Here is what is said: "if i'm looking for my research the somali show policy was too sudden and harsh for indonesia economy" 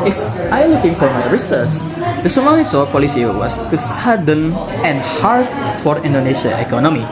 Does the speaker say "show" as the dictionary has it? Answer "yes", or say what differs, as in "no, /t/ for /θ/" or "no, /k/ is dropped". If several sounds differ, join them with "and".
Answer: no, /s/ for /ʃ/